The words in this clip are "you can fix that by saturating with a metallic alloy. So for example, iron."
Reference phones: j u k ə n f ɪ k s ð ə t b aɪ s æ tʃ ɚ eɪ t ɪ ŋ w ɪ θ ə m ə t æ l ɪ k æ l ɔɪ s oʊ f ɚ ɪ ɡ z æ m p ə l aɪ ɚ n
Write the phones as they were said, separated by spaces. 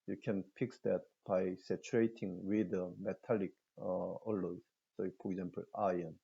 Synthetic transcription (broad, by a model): j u k ə n p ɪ k s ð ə t b aɪ s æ tʃ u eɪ t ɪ ŋ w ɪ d ə m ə t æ l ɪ k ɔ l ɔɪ s oʊ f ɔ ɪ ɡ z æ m p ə l aɪ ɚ n